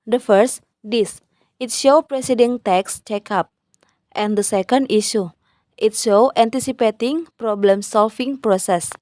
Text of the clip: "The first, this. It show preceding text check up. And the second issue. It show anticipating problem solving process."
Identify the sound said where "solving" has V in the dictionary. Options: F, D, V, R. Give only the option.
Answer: F